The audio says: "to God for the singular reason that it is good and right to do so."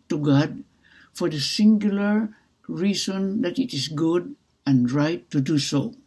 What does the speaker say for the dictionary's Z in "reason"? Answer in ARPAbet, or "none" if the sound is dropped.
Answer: S